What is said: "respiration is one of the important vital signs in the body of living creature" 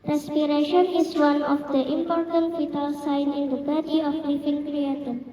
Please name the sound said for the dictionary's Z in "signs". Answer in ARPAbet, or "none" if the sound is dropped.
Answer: none